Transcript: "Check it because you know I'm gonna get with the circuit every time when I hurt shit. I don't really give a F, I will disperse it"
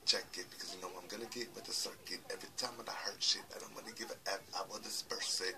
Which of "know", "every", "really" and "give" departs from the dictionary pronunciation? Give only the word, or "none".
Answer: really